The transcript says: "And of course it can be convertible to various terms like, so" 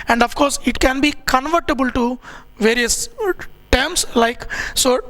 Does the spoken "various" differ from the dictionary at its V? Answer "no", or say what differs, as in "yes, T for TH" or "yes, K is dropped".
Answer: no